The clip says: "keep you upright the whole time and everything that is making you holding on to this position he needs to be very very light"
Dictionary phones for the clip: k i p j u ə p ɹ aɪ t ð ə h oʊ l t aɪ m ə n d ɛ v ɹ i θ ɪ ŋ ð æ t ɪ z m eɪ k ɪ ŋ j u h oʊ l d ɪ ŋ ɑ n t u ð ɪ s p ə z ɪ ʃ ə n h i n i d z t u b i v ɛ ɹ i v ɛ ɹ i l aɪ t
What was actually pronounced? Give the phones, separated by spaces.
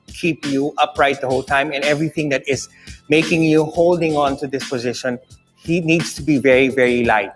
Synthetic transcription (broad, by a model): k i p j u ə p ɹ aɪ t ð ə h oʊ l t aɪ m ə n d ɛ v ɹ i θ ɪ ŋ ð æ t ɪ z m eɪ k ɪ ŋ j u h oʊ l d ɪ ŋ ɑ n t u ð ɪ s p ə z ɪ ʃ ə n h i n i d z t u b i v ɛ ɹ i v ɛ ɹ i l aɪ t